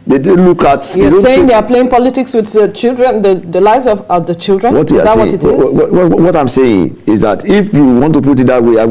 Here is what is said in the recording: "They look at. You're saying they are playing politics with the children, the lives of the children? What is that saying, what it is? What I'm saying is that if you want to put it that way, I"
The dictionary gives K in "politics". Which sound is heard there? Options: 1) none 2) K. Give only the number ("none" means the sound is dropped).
2